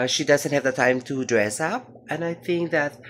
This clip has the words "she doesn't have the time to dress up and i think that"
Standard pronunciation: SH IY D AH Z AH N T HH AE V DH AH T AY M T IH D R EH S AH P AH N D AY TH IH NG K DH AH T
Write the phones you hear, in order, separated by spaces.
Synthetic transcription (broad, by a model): SH IY D AH Z AH N T HH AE V DH AH T AY M T IH D R EH S AH P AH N AY TH IH NG K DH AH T